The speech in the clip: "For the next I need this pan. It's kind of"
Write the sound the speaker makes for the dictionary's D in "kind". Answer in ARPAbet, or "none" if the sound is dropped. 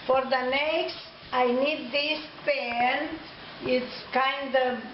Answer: D